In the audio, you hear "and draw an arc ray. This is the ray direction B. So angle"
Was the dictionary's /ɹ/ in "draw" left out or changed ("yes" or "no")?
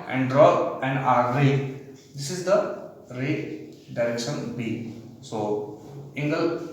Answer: no